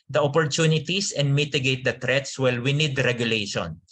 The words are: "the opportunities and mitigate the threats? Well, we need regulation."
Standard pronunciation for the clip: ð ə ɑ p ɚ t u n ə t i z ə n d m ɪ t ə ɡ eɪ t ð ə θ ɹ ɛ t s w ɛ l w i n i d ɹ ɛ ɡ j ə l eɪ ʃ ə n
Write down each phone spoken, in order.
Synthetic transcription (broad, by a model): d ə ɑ p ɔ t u n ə t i s ə n d m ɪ t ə ɡ eɪ t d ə t ɹ ɛ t s w ɛ l w i n i d ɹ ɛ ɡ j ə l eɪ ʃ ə n